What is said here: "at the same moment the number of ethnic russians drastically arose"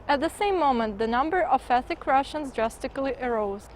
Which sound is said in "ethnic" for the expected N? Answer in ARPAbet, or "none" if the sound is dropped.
none